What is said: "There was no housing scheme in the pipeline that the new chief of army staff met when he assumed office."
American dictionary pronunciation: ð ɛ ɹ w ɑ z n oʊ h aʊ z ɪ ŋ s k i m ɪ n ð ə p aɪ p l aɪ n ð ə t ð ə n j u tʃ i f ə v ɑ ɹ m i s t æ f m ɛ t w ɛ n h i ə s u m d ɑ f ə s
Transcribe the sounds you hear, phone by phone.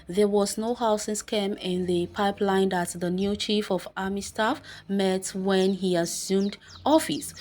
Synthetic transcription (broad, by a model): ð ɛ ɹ w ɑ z n oʊ h aʊ s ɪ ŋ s k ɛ m ɪ n ð ə p aɪ p l aɪ n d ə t ð ə n j u tʃ i f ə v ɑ m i s t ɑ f m ɛ t w ɛ n h i ə s u m d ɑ f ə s